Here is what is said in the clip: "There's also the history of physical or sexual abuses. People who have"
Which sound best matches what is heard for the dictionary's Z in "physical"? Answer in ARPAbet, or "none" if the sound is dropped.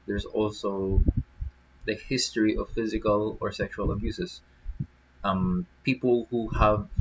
Z